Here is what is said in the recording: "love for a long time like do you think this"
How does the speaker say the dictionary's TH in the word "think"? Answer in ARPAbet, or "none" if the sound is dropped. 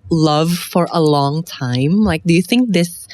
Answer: TH